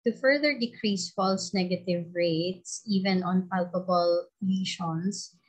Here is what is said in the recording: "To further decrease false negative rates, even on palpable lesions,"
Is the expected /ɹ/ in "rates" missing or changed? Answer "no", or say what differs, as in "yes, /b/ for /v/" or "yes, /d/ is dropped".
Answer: no